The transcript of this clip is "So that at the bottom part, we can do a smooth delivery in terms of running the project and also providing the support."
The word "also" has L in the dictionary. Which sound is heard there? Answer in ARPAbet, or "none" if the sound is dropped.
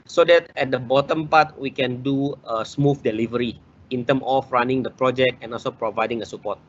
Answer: L